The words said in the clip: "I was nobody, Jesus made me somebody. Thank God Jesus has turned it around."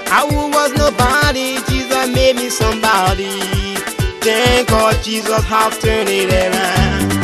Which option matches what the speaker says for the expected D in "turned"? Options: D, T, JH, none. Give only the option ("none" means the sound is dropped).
none